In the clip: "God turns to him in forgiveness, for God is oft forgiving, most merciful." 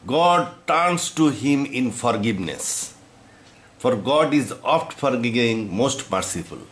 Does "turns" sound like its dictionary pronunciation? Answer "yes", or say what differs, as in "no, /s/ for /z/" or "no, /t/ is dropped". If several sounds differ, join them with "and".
no, /s/ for /z/